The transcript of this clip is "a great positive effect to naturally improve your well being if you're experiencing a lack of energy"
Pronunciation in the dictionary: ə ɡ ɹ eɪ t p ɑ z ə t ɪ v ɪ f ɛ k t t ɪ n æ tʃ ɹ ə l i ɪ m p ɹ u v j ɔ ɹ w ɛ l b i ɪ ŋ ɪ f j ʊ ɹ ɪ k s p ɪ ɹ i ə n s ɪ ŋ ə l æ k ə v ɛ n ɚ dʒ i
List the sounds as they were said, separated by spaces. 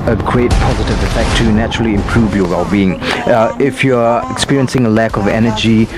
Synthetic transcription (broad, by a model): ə ɡ ɹ eɪ t p ɑ z ə t ɪ v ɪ f ɛ k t t ɪ n æ tʃ ɹ ə l i ɪ m p ɹ u v j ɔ w ɛ l b i ɪ ŋ ɪ f j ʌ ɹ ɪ k s p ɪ ɹ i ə n s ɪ ŋ ə l æ k ə v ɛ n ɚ dʒ i